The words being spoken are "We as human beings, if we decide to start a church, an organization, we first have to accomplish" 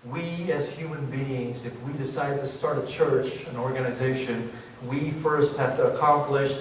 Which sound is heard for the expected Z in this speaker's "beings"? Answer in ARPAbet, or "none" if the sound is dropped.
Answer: Z